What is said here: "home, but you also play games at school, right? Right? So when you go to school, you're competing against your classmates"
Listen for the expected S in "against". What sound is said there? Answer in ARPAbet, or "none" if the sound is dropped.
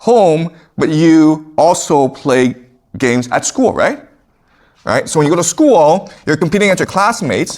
none